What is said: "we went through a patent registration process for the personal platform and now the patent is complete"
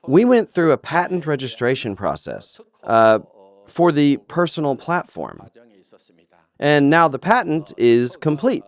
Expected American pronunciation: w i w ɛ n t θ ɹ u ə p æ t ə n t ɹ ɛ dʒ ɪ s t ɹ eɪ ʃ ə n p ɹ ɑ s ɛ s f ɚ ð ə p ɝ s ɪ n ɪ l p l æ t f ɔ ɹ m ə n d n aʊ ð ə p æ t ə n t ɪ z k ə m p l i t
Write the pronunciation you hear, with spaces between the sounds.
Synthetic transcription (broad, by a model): w i w ɛ n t θ ɹ u ə p æ t n t ɹ ɛ dʒ ɪ s t ɹ eɪ ʃ ə n p ɹ ɑ s ɛ s f ɚ ð ə p ɝ s n l p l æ t f ɔ ɹ m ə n n aʊ ð ə p æ t n t ɪ z k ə m p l i t